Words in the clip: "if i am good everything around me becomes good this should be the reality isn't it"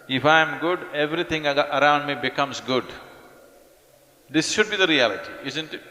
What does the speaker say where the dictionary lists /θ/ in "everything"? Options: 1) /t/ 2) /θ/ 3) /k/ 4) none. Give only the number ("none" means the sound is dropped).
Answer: 1